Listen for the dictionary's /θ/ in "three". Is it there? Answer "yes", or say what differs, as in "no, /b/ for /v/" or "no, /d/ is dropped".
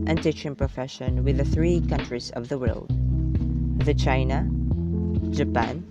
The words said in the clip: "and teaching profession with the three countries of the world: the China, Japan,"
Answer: yes